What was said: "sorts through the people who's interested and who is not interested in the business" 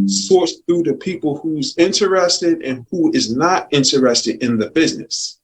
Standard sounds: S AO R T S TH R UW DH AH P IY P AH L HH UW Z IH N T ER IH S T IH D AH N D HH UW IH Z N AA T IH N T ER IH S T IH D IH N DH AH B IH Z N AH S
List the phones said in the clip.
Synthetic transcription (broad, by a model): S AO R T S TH UW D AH P IY P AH L HH UW Z IH N T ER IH S T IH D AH N HH UW IH Z N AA T IH N T ER IH S T IH D IH N DH AH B IH Z N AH S